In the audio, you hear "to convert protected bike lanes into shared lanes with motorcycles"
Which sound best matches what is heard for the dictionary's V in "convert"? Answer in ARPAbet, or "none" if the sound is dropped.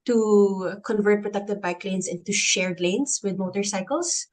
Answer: V